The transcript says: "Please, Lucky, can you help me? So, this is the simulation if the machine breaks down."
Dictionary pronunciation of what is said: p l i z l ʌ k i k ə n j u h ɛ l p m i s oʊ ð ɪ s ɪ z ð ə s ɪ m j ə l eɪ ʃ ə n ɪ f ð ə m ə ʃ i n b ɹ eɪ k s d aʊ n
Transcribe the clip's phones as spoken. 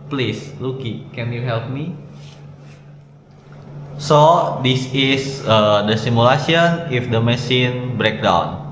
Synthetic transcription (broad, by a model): p l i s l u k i k ə n j u h ɛ l p m i s oʊ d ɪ s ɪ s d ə s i m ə l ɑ s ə n ɪ f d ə m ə s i n b ɹ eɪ k d aʊ n